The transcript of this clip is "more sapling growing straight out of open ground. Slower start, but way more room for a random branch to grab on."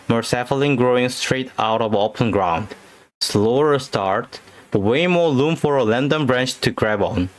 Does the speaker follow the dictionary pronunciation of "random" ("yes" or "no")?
no